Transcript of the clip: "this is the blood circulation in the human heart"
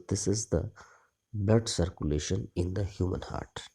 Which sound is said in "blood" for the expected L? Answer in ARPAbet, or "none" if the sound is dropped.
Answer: none